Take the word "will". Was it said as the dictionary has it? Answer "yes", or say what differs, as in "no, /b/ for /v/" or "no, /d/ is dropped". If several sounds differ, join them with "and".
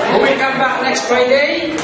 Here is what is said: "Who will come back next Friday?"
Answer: no, /n/ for /l/